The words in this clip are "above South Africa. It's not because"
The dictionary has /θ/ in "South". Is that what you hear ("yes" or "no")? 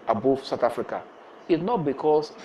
no